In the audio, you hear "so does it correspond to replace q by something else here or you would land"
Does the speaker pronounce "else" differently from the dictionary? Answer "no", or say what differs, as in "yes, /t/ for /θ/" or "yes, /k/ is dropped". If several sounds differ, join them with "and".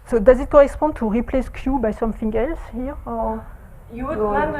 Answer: no